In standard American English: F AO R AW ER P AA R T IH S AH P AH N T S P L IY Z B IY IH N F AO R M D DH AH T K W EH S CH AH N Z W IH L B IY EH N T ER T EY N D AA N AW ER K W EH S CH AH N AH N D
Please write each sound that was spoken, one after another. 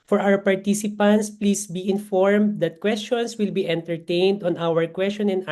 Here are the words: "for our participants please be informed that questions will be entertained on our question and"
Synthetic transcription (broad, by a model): F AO R AW ER P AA R T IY S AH P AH N T S P L IY S B IY IH N F AO R M D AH T K W EH S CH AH N S W IH L B IY EH N T ER T EY N D AA N AW ER K W EH S CH AH N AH N